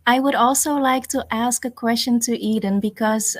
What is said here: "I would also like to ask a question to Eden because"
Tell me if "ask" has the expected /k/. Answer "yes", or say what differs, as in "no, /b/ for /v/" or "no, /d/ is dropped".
yes